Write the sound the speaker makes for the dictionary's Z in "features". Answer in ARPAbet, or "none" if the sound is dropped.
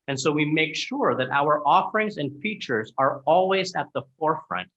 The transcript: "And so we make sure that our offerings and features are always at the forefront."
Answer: Z